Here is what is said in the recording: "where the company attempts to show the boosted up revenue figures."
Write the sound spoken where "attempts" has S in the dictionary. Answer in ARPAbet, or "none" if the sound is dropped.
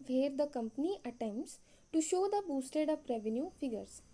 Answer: S